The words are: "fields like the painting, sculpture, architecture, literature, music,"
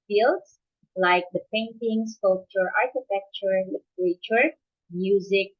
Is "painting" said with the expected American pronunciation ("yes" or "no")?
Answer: yes